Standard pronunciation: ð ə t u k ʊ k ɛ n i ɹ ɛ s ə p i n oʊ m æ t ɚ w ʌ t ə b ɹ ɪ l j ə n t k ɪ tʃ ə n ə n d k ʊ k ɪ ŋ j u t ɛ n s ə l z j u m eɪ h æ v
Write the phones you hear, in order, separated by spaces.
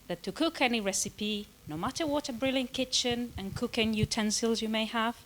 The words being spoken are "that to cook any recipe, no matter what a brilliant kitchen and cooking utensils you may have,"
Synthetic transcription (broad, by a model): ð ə t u k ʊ k ɛ n i ɹ ɛ s ə p i n oʊ m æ t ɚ w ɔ t ə b ɹ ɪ l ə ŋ k ɪ tʃ ə n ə n k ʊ k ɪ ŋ j u t ɛ n s ə l z j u m eɪ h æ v